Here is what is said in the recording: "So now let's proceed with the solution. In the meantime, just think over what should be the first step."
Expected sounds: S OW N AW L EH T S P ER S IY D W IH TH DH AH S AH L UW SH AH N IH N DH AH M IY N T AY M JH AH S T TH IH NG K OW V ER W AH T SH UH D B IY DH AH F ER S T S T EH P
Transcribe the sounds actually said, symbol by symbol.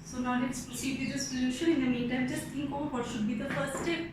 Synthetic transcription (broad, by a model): S OW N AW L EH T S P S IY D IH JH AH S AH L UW SH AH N IH N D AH M IY N T AY M JH AH S T T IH NG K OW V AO T SH UH D B IY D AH F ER T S T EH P